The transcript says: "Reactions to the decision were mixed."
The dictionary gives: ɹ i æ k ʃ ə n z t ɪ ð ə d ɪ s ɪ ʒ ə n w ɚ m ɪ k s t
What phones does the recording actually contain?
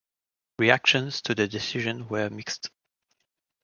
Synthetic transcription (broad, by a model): ɹ i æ k ʃ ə n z t ɪ ð ə d ɪ s ɪ ʒ ə n w ɚ m ɪ k s t